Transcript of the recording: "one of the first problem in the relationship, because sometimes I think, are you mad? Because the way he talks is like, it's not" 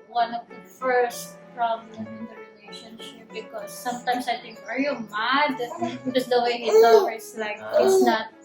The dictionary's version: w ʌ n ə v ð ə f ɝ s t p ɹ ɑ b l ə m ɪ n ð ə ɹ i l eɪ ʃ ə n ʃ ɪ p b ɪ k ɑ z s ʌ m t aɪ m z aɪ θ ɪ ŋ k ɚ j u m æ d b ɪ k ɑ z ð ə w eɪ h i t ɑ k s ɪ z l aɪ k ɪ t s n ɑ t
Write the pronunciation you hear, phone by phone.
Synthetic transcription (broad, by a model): w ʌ n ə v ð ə f ɝ s t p ɹ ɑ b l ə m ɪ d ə ɹ i l eɪ ʃ ə n ʃ ɪ p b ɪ k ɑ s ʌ m t aɪ m s aɪ t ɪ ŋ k ɚ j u m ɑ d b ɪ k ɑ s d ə w eɪ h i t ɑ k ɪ s l aɪ k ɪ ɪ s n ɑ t